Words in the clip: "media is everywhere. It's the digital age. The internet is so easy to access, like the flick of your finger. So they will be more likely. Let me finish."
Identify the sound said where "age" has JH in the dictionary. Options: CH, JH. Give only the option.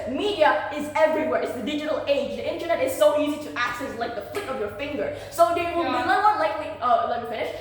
JH